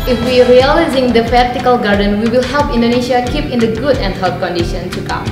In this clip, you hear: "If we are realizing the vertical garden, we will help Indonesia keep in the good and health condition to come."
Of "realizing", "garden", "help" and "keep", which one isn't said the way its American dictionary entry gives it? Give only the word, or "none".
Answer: none